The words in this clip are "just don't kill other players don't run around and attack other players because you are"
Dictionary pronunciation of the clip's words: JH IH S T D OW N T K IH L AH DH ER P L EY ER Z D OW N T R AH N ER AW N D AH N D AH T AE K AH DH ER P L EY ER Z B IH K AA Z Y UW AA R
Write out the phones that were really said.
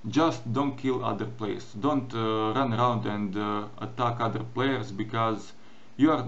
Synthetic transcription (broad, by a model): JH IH S T D OW N T K IH L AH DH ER P L EY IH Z D OW N T R AH N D AW N D AH N D AH T AE K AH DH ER P L EY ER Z B IH K AA Z Y UW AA R